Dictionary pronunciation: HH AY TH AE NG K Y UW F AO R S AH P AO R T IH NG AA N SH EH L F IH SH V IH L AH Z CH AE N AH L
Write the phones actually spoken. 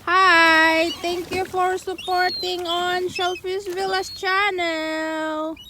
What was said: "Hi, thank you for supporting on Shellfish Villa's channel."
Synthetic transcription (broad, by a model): HH AY T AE NG K Y UW F AO R S AH P AO R T IH NG AA N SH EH L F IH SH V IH L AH S CH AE N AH L